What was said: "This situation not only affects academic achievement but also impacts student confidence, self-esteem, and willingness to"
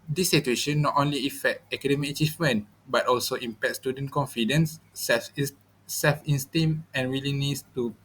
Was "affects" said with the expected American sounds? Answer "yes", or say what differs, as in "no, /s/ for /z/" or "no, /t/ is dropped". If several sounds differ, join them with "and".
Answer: no, /s/ is dropped